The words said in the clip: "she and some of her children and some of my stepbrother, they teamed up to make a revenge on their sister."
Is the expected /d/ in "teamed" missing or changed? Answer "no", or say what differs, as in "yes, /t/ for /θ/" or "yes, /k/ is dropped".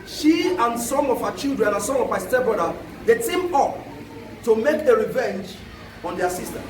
yes, /d/ is dropped